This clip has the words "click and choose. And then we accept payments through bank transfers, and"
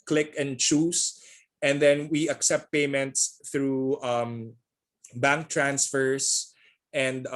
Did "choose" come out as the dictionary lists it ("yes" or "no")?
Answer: no